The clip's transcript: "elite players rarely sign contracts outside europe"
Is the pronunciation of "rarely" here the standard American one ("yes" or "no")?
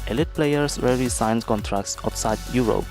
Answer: no